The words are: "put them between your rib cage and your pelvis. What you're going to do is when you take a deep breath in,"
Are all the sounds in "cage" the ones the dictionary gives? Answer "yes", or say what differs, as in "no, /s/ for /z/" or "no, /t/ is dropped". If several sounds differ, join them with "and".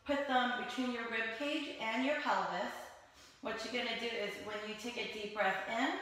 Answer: yes